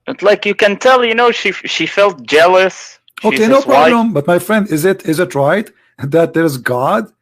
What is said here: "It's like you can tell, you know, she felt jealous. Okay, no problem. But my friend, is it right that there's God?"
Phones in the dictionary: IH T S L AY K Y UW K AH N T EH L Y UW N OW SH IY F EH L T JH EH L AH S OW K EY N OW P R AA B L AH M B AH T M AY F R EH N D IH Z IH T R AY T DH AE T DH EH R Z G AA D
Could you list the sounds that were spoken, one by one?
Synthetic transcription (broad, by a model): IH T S L AY K Y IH K AH N T EH L Y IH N OW SH IY F EH L T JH EH L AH S OW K EY N OW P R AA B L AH M B AH T M AY F R EH N D IH Z IH T R AY T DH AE T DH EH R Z G AA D